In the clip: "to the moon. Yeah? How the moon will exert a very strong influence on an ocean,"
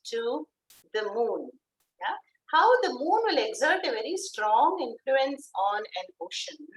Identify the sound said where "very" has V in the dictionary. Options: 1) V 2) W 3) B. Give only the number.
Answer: 1